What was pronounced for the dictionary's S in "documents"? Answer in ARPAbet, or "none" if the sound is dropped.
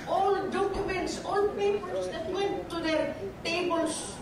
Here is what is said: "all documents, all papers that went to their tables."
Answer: S